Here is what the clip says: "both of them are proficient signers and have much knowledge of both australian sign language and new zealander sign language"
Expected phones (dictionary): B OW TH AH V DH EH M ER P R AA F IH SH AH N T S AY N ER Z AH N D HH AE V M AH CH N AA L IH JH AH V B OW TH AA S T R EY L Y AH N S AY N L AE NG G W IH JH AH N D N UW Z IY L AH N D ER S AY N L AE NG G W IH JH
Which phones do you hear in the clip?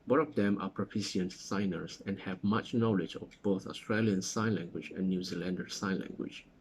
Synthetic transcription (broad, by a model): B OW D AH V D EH M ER P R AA P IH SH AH N S AY N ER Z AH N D HH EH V M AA CH N AA L IH JH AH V B OW TH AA S T R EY L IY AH N S AY N L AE NG G W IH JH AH N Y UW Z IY L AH N D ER S AY N L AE NG G W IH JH